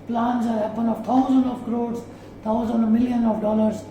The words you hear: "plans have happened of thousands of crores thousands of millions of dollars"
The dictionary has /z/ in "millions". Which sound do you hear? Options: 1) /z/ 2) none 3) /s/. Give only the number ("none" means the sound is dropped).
2